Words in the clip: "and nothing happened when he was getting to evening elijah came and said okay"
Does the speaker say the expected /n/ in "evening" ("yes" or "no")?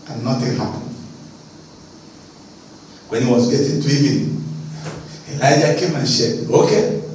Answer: no